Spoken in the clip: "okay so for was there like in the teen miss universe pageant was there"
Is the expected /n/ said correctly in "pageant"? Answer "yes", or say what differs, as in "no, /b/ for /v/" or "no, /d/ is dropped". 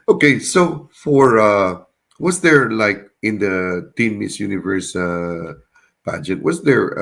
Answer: no, /n/ is dropped